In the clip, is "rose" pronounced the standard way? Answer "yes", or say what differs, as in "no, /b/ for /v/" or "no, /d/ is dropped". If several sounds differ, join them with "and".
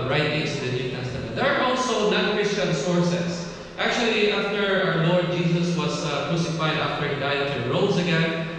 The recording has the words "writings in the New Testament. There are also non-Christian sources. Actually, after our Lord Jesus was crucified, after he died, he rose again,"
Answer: no, /s/ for /z/